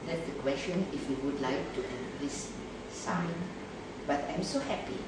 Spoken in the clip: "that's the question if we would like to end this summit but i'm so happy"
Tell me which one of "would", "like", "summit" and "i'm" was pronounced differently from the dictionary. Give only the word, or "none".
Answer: summit